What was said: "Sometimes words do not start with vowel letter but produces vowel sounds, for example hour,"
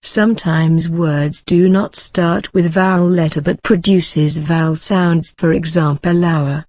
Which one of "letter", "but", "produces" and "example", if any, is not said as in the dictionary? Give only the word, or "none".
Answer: none